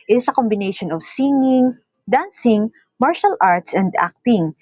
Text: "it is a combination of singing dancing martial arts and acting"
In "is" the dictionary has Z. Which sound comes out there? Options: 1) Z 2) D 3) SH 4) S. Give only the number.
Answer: 4